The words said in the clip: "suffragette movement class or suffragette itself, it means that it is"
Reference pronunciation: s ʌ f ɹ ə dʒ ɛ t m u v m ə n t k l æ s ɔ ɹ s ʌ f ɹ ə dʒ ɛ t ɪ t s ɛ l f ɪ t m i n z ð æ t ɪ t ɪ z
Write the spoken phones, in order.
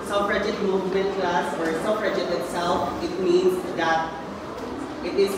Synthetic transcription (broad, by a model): s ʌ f ɹ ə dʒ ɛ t m u v m ə n t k l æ s ɔ ɹ s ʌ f ɹ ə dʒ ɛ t ɪ t s ɛ l f ɪ t m i n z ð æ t ɪ t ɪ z